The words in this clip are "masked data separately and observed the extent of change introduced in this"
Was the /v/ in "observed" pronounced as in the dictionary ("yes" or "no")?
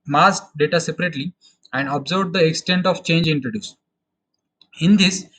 no